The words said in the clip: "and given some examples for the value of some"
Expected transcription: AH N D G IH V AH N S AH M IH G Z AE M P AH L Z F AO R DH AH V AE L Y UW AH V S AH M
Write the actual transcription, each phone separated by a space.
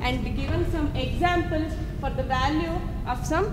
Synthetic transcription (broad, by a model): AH N D G IH V AH N S AH M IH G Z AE M P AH L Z F AO R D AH V AE L Y UW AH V S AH M